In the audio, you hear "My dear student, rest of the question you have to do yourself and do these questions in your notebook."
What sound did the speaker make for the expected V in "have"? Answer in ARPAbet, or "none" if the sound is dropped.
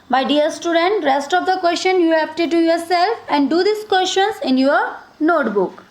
P